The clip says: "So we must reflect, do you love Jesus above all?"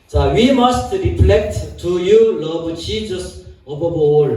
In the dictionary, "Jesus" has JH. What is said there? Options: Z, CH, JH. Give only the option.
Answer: CH